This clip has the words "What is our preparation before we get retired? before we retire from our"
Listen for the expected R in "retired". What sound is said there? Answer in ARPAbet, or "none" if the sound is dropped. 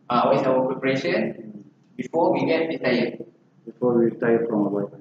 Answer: W